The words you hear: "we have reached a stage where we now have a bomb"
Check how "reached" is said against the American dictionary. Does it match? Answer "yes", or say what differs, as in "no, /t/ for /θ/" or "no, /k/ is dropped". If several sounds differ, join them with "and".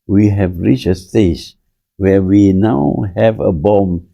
no, /t/ is dropped